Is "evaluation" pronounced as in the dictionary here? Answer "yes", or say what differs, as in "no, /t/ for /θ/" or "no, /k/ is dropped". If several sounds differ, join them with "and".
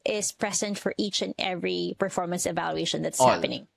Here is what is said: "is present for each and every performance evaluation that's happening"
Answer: yes